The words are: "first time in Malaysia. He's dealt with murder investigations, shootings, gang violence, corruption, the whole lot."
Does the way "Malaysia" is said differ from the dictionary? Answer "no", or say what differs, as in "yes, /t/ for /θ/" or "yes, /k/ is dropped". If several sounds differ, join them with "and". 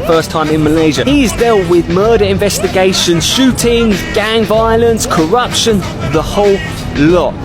no